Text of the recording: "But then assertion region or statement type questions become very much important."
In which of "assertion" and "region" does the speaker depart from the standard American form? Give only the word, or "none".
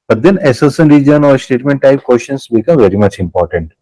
assertion